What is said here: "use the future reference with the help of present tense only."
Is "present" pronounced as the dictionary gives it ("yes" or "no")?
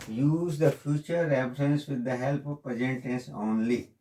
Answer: no